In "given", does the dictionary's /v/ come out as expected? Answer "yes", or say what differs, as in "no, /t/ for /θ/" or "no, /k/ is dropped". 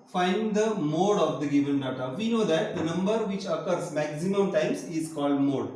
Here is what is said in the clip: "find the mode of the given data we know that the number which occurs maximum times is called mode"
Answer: yes